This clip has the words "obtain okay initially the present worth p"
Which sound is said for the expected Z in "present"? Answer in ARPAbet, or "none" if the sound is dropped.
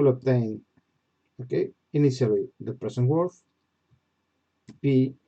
S